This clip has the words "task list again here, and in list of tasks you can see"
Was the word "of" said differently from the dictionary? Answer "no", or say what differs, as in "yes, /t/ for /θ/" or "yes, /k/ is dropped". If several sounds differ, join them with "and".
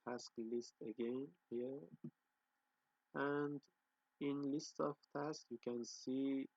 yes, /f/ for /v/